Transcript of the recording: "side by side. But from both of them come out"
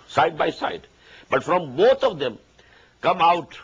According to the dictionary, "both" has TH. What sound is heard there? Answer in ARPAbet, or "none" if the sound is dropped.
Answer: T